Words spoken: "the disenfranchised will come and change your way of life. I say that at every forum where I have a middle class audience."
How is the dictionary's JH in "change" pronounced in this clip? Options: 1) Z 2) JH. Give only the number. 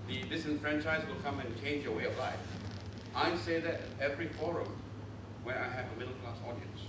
2